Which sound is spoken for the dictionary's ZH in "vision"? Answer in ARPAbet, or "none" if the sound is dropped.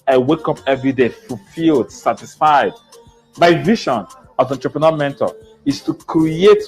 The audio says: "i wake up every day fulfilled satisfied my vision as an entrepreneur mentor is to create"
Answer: SH